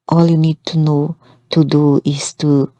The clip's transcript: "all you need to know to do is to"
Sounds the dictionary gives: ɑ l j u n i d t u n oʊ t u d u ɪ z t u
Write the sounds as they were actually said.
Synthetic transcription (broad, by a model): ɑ l j u n i d t u n oʊ t u d u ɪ s t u